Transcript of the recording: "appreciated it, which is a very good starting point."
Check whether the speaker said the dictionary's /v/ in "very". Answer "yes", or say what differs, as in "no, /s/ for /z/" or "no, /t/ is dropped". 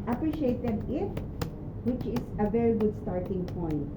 yes